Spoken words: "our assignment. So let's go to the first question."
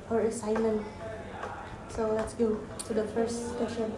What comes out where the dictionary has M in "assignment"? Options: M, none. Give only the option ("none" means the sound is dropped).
M